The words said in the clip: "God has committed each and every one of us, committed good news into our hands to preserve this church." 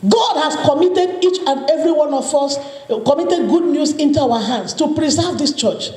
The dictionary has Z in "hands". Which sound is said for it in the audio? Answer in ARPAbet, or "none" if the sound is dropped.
S